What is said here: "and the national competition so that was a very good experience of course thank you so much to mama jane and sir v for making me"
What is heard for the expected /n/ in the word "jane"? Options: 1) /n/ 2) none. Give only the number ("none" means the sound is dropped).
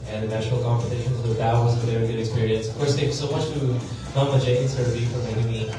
2